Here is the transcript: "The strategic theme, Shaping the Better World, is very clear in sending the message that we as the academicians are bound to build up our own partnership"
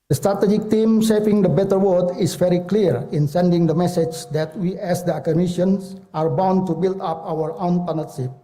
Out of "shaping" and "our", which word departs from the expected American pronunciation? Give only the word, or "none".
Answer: shaping